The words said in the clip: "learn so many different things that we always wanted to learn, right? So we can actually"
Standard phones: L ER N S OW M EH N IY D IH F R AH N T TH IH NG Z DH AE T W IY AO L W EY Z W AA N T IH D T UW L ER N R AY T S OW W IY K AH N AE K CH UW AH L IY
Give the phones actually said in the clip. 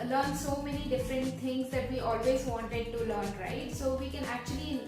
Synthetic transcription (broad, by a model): L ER N S OW M EH N IY D IH F R AH N T T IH NG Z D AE T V IY AO L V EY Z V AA N T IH D T UW L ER N R AY T S OW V IY K AH N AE K CH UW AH L IY